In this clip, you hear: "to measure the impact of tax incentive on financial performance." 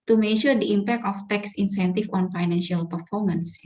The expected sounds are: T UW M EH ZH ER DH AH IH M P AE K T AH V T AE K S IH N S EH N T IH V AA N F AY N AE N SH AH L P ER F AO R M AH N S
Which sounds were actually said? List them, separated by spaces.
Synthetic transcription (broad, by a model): T UW M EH SH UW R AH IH M P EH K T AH F T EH K S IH N S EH N T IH F AA N F AY N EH N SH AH L P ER F AO R M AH N S